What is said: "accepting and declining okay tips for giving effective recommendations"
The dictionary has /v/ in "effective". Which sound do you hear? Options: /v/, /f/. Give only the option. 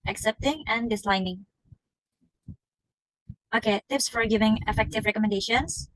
/v/